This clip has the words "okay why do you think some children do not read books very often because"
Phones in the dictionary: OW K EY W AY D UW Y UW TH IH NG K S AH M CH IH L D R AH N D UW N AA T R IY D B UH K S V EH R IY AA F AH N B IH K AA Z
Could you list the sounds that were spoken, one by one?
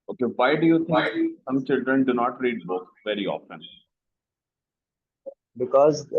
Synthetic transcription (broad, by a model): OW K EY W AY D UW Y UW T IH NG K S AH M CH IH L D R AH N D UW N AA T R IY D B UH K V EH R IY AA F AH N B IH K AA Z